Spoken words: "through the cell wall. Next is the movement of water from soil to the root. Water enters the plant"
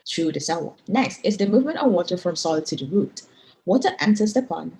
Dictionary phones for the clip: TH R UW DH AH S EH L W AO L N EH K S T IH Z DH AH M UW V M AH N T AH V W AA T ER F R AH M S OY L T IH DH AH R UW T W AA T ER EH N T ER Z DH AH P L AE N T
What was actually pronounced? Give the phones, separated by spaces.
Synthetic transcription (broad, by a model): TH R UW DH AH S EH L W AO N EH K S T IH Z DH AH M UW V M AH N T AH V W AA T ER F R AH M S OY L T IH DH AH R UW T W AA T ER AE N S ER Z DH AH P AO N